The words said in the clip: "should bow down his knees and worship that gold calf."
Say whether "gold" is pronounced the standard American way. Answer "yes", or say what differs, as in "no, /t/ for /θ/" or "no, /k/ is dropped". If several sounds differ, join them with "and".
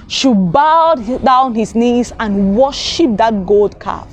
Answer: yes